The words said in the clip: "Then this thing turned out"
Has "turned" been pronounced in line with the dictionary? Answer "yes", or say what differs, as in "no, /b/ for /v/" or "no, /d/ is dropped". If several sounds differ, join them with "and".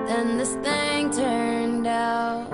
yes